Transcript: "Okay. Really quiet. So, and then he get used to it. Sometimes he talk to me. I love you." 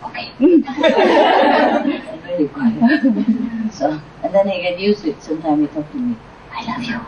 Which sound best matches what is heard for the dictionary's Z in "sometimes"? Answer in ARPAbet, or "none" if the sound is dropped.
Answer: none